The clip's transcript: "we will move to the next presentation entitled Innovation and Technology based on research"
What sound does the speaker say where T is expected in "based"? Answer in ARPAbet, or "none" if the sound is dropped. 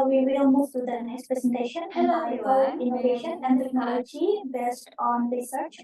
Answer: T